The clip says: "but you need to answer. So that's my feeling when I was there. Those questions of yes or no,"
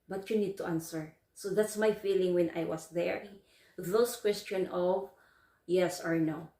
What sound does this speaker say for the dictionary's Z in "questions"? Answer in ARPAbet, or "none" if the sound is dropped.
none